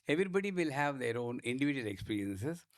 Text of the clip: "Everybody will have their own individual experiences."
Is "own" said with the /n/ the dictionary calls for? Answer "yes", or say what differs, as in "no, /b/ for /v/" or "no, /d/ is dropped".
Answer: yes